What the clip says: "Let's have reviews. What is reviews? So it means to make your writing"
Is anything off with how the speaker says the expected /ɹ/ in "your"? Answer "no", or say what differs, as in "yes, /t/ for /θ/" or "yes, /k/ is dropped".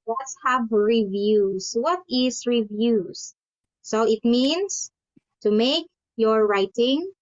no